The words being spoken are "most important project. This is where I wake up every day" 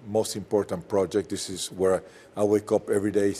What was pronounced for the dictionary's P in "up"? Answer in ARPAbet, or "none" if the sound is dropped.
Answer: P